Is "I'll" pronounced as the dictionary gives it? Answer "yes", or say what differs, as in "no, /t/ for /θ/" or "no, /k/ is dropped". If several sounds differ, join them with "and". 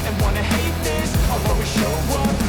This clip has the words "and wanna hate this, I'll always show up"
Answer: no, /w/ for /l/